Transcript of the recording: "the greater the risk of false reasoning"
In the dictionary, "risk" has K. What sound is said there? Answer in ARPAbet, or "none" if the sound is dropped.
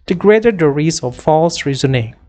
none